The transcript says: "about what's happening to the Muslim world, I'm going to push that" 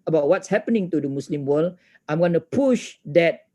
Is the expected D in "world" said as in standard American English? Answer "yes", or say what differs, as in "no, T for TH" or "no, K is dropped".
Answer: no, D is dropped